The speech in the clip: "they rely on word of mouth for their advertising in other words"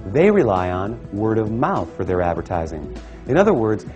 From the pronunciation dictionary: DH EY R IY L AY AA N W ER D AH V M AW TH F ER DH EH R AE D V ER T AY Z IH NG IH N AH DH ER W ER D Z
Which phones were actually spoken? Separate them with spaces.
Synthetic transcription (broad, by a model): DH EY R IY L AY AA N W ER D AH V M AW TH F ER DH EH R AE D V ER T AY Z IH NG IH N AH DH ER W ER D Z